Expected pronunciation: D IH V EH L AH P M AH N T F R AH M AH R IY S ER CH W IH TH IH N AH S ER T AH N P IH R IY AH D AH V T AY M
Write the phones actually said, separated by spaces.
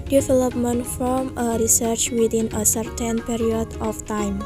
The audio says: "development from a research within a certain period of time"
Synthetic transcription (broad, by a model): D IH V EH L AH P M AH N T F R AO M AH R IY S ER CH W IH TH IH N AH S ER T AH N P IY R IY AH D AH F T AY M